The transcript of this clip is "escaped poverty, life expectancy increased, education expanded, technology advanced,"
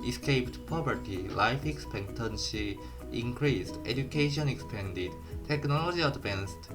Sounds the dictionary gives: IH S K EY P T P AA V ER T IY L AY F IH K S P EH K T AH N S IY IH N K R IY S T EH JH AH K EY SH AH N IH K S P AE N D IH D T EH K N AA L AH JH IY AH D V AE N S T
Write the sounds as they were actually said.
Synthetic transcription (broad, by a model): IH S K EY P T P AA P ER T IY L AY F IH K S P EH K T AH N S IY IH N K R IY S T EH JH AH K EY SH AH N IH K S P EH N D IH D T EH K N AA L AH JH IY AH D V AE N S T